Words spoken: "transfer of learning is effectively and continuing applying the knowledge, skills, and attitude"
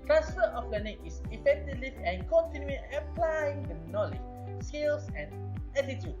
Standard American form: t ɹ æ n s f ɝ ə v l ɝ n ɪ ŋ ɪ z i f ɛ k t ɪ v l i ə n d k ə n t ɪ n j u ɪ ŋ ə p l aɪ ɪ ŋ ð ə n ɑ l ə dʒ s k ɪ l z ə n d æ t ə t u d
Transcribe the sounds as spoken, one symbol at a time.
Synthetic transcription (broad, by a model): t ɹ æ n s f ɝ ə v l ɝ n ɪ ŋ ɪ s i f ɛ k t ɪ v l i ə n k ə n t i n j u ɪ ə p l aɪ ɪ ŋ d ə n ɑ l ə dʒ s k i l s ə n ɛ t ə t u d